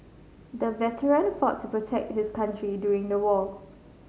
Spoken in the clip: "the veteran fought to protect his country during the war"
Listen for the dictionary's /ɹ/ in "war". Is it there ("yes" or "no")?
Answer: no